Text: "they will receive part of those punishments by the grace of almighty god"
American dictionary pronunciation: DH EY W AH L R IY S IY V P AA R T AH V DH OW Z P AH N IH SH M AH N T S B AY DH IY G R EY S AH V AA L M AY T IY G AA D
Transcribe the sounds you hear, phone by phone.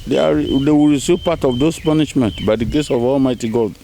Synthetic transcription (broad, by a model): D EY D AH W R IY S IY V P AA T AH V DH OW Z P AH N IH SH M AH N T B AY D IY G EY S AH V AA L M AY T IY G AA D